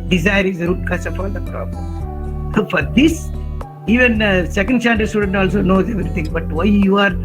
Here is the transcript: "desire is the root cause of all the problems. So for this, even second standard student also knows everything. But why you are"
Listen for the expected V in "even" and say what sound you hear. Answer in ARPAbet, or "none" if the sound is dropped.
V